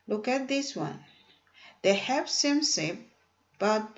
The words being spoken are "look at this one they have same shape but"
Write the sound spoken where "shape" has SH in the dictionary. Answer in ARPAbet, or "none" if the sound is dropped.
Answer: S